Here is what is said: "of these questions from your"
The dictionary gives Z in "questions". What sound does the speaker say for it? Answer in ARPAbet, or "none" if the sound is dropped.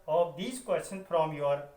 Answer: none